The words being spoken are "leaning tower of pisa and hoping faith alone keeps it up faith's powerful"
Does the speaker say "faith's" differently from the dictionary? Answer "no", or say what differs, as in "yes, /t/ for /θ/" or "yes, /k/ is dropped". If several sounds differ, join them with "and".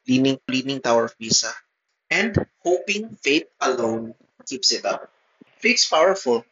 yes, /t/ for /θ/